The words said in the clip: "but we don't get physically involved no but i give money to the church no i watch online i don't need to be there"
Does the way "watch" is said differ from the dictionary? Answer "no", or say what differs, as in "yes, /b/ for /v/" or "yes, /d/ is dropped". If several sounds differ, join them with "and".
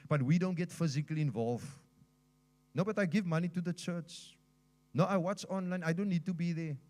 no